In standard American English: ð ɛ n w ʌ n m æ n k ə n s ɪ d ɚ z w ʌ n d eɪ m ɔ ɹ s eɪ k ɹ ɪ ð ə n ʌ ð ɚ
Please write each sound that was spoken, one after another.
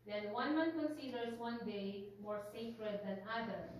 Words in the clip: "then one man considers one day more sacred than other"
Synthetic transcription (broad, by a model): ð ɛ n w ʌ n m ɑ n k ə n s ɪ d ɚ s w ʌ n d eɪ m ɔ ɹ s eɪ k ɹ ɪ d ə n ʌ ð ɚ